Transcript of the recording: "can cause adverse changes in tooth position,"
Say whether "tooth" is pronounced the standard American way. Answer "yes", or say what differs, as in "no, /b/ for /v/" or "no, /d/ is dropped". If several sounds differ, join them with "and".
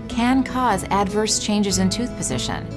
yes